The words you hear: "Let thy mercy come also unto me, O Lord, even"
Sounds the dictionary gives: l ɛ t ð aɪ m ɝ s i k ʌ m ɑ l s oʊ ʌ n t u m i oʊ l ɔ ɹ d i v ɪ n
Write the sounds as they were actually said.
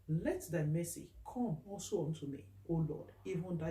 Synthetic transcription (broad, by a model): l ɛ t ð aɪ m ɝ s i k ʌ m ɑ l s oʊ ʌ n t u m i oʊ l ɔ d i v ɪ n